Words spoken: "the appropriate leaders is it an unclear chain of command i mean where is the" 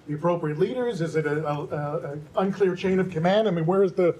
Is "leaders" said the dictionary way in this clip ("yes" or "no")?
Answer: yes